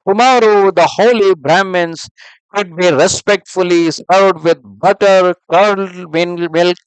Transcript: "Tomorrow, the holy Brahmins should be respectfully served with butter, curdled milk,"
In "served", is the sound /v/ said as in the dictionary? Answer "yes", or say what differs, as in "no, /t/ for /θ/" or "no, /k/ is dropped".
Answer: no, /v/ is dropped